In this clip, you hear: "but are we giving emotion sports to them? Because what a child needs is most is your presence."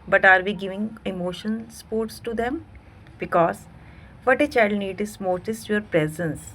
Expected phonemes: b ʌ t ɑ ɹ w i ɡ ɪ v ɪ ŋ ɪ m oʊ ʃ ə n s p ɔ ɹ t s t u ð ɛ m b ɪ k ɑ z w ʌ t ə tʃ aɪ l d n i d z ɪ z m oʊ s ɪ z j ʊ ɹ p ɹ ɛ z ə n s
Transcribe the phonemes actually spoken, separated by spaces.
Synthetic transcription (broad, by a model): b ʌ t ɑ ɹ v i ɡ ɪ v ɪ ŋ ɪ m oʊ ʃ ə n s p ɔ ɹ t s t u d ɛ m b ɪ k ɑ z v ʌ t ə tʃ aɪ l d n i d ɪ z m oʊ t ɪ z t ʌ ɹ p ɹ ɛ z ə n s